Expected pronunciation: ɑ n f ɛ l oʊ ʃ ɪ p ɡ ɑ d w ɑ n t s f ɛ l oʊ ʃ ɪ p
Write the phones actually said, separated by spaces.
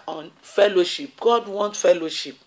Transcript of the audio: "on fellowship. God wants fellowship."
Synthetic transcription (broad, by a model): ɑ n f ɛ l oʊ ʃ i p ɡ ɑ d w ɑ n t f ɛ l oʊ ʃ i p